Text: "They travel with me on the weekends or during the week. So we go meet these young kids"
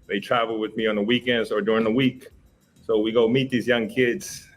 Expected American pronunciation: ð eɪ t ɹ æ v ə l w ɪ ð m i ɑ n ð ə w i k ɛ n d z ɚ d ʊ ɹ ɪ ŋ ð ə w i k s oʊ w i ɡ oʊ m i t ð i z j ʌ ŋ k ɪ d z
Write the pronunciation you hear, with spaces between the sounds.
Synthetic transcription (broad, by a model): ð eɪ t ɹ æ v l w ɪ ð m i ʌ n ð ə w i k ɛ n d ɚ d ʊ ɹ ɪ ŋ ð ə w i k s oʊ w i ɡ oʊ m i t ð i z j ʌ ŋ k ɪ d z